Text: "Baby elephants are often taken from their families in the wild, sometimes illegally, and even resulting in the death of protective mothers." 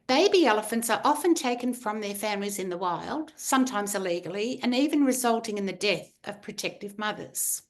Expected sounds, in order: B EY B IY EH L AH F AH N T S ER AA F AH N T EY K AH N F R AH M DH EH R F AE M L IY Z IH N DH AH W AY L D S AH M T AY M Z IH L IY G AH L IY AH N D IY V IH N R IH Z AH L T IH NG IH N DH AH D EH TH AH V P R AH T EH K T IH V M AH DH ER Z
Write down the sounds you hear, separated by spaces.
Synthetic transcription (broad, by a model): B EY B IY EH L AH F AH N T S ER AA F AH N T EY K N F R AH M DH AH R F AE M L IY Z IH N DH AH W AY L D S AH M T AY M Z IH L IY G L IY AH N IY V IH N R IH Z AH L T IH NG IH N DH AH D EH TH AH V P R AH T EH K T IH V M AH DH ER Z